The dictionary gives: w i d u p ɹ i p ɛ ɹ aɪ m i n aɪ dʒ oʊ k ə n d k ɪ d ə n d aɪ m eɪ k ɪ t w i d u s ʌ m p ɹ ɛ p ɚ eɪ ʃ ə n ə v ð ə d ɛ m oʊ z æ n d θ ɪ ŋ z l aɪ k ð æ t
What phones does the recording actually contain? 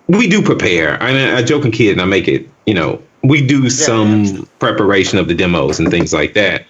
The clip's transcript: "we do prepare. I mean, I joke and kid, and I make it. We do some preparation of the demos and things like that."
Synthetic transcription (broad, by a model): w i d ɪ p ɹ i p ɛ ɹ aɪ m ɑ aɪ dʒ oʊ k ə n k ɪ d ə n aɪ m eɪ k ɪ t w i d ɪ s ʌ m p ɹ ɛ p ɚ eɪ ʃ ə n ə v ð ə d ɛ m oʊ z n θ ɪ ŋ z l aɪ k ð æ t